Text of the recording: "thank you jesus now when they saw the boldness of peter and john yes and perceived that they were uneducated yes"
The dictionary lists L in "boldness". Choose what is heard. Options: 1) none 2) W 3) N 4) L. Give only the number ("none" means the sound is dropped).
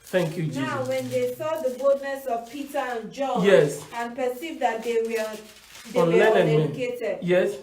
4